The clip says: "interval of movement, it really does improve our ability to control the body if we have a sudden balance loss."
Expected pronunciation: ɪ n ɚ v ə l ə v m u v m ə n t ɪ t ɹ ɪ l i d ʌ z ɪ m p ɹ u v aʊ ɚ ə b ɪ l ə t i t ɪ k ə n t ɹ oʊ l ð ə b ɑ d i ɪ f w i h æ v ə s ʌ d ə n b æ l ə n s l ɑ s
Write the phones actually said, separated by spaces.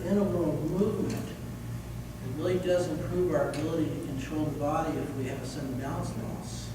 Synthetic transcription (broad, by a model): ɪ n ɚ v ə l m u v m ə n t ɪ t ɹ ɪ l i d ʌ z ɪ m p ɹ u v aʊ ɚ ə b ɪ l ə t i t ɪ k ə n t ɹ oʊ l ð ə b ɑ d i ɪ f w i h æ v ə s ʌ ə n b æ ə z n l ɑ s